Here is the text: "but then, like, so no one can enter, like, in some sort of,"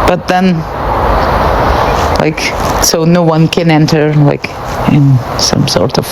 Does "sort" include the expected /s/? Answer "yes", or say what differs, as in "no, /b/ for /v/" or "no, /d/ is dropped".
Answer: yes